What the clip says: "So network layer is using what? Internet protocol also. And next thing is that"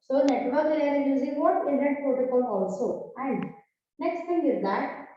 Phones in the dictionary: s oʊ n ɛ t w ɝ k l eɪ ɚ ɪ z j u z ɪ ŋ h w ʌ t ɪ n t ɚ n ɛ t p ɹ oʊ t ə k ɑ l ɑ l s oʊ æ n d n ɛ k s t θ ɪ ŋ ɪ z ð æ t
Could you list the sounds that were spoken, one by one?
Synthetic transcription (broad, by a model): s oʊ n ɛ t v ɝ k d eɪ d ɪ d j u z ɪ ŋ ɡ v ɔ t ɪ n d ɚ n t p oʊ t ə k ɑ n ɑ l s oʊ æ n d n ɛ k s t t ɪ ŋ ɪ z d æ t